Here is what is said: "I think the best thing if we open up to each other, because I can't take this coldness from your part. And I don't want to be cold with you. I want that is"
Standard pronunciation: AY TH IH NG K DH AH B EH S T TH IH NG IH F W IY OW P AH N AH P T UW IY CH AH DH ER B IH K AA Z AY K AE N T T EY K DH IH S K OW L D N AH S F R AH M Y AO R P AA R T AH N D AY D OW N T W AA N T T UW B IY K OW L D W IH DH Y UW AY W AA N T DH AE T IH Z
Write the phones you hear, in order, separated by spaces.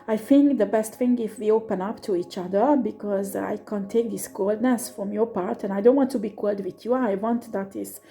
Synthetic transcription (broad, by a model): AY TH IH NG K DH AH B EH S T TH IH NG IH F W IY OW P AH N AH P T UW IY CH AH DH ER B IH K AA Z AY K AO N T T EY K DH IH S K OW L D N AH S F R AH M Y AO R P AA R T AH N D AY D OW N T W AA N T T UW B IY K OW L D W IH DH Y UW AY W AA N T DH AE T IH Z